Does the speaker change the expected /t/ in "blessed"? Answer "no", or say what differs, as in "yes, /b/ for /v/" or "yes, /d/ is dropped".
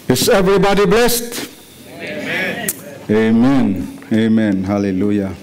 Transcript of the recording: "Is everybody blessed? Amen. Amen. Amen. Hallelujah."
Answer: no